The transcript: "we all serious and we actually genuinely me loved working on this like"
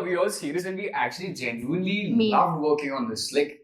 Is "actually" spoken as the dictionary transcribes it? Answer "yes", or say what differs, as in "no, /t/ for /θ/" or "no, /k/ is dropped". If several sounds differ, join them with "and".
yes